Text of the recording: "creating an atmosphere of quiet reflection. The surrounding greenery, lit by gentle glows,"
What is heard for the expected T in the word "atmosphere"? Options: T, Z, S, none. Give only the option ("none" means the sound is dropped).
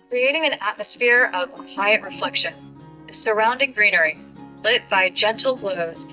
T